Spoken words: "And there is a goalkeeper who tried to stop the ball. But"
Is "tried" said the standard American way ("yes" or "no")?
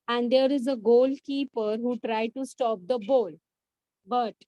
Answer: yes